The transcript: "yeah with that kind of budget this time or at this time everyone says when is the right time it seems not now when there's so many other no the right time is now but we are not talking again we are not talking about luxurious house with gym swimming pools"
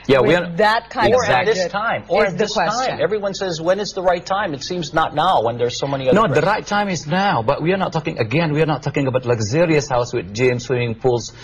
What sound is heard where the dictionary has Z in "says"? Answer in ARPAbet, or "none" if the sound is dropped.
Z